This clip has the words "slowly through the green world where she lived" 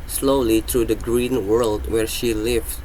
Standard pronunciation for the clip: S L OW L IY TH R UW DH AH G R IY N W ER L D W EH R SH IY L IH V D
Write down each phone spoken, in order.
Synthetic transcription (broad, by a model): S L OW L IY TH R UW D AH G R IY N W ER L D W EH R SH IY L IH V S